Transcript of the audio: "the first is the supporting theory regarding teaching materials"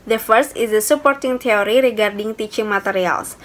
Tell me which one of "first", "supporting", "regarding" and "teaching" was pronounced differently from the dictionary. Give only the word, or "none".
none